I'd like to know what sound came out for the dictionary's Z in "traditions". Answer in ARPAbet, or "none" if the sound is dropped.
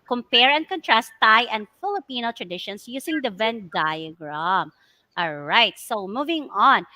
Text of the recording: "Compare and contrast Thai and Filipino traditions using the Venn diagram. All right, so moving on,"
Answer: S